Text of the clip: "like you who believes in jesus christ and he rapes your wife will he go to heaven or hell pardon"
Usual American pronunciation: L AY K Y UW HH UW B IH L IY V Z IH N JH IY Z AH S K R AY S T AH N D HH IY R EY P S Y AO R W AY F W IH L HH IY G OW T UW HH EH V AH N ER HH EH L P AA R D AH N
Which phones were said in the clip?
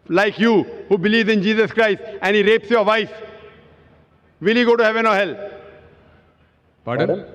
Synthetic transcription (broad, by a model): L AY K Y UW HH UW B IH L IY V Z IH N JH IY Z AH S K R AY S T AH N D HH IY R EY P S Y AO R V AY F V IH L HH IY G OW T UW HH EH V AH N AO HH EH L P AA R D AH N